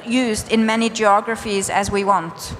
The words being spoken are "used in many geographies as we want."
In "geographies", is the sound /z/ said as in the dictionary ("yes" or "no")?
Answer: yes